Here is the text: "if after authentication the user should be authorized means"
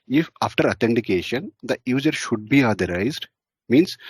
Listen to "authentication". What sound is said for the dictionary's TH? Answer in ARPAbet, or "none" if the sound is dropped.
T